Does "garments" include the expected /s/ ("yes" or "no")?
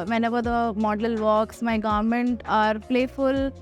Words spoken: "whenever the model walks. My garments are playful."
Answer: no